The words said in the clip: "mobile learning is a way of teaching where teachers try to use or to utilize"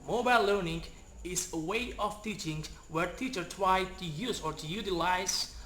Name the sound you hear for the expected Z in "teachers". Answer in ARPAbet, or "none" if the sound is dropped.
none